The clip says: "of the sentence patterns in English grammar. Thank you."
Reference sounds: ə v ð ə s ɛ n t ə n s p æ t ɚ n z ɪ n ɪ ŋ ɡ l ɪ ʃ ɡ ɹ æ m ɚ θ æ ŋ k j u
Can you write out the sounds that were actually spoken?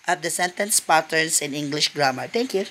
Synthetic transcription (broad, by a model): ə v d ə s ɛ n t ə n s p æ t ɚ n s ɪ n ɪ ŋ ɡ l ɪ ʃ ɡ ɹ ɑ m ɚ t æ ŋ k j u